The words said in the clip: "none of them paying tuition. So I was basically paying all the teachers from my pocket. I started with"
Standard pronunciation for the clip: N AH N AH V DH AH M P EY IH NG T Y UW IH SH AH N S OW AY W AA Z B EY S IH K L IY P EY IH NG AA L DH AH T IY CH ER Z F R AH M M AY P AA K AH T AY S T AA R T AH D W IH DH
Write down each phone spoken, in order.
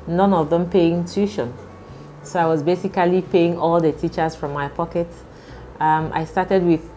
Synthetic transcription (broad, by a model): N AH N AH V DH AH M P EY IH NG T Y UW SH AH N S OW AY W AA Z B EY S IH K L IY P EY IH NG AA L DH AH T IY CH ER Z F R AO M M AY P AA K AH T AY S T AA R T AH D W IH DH